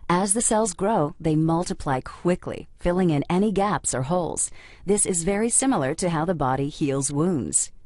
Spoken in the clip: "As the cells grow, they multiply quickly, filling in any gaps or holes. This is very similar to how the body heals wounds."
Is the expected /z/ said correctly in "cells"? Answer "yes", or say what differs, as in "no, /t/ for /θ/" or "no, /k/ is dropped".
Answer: yes